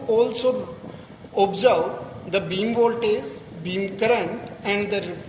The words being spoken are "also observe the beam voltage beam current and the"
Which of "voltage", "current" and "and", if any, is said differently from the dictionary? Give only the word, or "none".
voltage